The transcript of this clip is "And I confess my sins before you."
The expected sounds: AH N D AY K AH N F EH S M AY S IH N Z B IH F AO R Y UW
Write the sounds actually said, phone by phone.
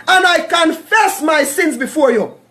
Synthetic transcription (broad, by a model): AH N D AY K AH N F EH S M AY S IH N Z B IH F AO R Y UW